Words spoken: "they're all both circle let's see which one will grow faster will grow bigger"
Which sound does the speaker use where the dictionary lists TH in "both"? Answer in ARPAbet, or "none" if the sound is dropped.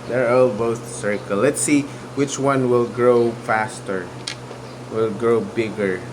S